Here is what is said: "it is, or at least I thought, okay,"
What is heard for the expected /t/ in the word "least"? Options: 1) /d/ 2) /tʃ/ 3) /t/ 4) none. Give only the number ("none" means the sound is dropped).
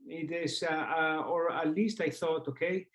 3